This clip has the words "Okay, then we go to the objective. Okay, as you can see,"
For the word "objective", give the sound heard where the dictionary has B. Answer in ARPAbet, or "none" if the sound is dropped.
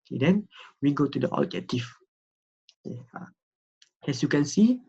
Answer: none